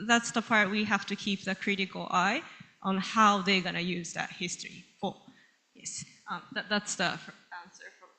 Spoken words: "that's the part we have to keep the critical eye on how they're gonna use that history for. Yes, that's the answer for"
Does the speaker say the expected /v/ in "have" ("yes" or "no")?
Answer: no